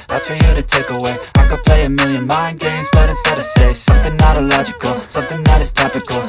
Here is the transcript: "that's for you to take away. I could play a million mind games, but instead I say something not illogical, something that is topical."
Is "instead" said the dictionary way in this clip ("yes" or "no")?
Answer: no